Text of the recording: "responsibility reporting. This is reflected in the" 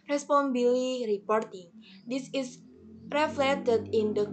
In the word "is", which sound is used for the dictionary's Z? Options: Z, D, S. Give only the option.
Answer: S